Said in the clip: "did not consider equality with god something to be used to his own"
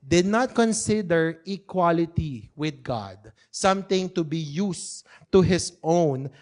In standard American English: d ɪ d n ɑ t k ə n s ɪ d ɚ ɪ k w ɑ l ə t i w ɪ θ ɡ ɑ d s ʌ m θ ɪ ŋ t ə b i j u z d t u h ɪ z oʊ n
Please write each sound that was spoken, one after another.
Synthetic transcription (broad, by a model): d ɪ d n ɑ t k ə n s ɪ d ɚ ɪ k w ɑ l ə t i w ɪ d ɡ ɑ d s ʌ m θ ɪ ŋ t ə b i j u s t u h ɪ s oʊ n